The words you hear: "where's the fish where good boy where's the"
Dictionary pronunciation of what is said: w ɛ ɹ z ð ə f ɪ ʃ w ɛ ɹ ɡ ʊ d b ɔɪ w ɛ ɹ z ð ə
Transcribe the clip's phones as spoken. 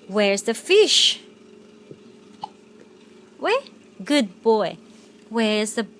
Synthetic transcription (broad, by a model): w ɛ ɹ z ð ə f ɪ ʃ w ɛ ɡ ʊ d b ɔɪ w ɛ ɹ z ð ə